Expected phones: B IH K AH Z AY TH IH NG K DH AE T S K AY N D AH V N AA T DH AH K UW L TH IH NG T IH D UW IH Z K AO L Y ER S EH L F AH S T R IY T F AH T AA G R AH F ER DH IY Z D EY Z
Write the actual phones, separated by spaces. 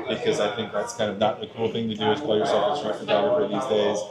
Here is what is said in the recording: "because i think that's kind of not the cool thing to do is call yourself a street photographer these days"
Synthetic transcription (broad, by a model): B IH K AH Z AY TH IH NG K DH AE T S K AY N D AH V N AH T DH AH K UW L TH IH NG T IH D IH Z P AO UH Y ER S EH L F AH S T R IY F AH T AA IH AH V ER DH IY Z D EY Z